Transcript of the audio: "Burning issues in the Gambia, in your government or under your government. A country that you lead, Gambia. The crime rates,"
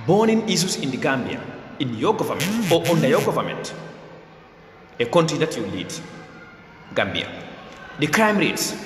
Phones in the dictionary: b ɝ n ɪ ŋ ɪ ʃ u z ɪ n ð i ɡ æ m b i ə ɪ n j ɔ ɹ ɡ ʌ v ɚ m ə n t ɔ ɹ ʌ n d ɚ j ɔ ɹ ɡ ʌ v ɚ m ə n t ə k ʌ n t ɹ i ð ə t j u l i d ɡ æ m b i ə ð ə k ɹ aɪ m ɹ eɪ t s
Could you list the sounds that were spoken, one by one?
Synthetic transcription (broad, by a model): b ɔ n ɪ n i s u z ɪ n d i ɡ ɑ m b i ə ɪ n j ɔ ɡ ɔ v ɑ m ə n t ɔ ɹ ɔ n d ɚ j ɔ ɡ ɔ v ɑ m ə n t ə k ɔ n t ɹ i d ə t j u l i d ɡ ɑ m b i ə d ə k ɹ aɪ m ɹ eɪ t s